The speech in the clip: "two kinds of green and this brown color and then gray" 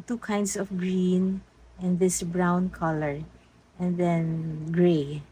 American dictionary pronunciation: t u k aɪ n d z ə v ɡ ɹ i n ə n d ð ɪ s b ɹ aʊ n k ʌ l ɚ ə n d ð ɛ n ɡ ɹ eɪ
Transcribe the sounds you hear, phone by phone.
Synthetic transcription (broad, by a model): t u k aɪ n d s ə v ɡ ɹ i n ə n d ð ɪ s b ɹ aʊ n k ʌ l ɚ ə n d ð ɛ n ɡ ɹ eɪ